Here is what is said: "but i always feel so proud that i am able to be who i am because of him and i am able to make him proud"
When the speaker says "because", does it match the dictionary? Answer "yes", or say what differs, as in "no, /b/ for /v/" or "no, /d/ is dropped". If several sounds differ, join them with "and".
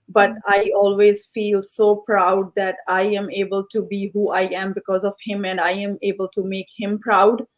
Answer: yes